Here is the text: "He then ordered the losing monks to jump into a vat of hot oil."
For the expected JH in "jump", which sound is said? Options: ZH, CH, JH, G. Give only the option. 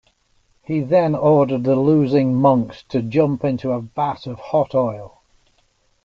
JH